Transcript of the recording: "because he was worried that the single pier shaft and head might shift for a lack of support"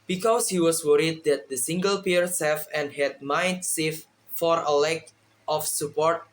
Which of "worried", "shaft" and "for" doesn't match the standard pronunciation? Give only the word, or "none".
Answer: shaft